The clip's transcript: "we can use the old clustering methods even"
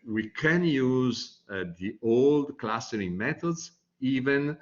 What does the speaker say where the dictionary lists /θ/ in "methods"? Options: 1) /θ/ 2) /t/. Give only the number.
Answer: 2